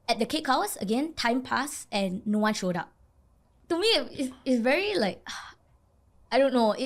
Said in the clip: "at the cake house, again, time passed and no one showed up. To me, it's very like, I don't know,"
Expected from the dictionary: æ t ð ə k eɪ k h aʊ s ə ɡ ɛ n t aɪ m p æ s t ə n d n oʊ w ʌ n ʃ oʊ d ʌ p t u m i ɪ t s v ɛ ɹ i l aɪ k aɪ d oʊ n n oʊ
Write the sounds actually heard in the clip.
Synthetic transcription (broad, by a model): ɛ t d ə k eɪ k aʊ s ə ɡ ɛ n t aɪ m p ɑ s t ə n n oʊ w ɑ n ʃ oʊ d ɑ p t u m i ɪ t s v ɛ ɹ i l aɪ k aɪ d oʊ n n oʊ